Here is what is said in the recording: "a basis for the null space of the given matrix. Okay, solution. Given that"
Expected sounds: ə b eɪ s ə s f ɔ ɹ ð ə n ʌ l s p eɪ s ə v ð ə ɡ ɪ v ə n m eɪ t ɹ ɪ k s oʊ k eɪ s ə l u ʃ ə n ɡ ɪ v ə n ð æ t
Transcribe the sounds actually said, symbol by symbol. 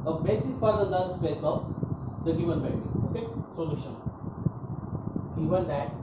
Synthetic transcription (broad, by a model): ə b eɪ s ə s f ɔ ɹ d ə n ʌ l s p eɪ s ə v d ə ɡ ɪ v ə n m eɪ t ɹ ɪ s oʊ k eɪ s ə l u ʃ ə n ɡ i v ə n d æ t